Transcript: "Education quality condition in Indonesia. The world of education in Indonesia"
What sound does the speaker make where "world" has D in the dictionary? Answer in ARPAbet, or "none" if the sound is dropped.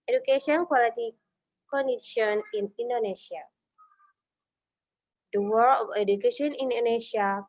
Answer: none